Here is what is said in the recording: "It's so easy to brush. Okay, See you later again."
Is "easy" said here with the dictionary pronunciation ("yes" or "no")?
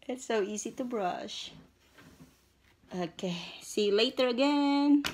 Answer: yes